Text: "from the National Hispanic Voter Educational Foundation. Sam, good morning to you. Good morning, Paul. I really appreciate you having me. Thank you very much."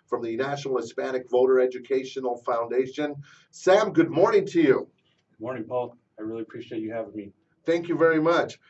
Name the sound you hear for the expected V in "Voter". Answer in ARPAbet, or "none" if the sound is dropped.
V